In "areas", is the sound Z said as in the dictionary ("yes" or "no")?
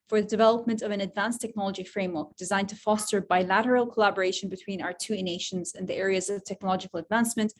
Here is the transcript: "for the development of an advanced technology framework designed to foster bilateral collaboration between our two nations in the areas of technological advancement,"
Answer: yes